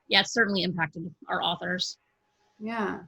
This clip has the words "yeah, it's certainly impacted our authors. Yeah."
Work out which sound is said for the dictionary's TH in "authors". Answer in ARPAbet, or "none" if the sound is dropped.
TH